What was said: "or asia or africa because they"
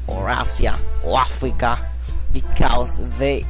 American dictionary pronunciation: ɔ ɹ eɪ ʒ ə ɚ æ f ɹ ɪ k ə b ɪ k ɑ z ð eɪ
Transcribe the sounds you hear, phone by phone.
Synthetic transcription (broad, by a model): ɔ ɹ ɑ s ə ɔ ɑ f ɹ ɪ k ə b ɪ k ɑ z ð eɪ